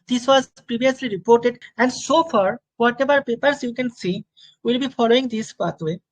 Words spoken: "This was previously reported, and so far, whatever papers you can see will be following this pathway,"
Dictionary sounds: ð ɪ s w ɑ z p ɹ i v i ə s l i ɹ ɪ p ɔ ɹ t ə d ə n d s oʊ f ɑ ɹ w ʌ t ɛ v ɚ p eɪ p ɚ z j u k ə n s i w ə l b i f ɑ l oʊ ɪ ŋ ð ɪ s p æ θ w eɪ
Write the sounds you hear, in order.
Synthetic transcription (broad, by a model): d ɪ s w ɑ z p ɹ i b i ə s l i ɹ ɪ p ɔ ɹ t ə d ə n d s oʊ f ɑ ɹ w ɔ t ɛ b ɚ p eɪ p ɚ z j u k ə n s i w ə l b i f ɑ l oʊ ɪ ŋ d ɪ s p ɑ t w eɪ